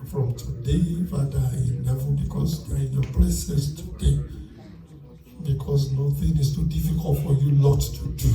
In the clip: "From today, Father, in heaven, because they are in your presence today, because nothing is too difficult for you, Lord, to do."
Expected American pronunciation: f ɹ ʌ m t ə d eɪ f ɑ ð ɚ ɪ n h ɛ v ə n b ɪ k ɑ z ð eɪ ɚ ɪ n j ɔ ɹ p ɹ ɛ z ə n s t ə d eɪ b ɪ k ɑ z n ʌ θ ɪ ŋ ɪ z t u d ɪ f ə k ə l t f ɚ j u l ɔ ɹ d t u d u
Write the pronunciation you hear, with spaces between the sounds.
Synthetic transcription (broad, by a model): f ɹ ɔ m t ə d eɪ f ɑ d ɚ ɪ n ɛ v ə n b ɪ k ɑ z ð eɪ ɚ ɪ n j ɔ p l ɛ s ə s t ə d eɪ b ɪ k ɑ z n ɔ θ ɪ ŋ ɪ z t u d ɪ f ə k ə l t f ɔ j u l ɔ t u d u